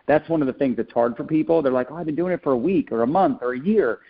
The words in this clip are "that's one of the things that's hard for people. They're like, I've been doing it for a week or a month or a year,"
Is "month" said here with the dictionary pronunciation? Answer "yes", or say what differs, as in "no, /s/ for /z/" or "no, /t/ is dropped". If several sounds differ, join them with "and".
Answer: yes